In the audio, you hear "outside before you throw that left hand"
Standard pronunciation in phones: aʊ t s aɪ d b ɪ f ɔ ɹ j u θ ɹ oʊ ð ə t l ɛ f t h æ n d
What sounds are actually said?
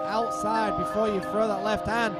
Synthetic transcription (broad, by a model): aʊ t s aɪ d b ɪ f ɔ ɹ j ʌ f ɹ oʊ ð ə t l ɛ f t h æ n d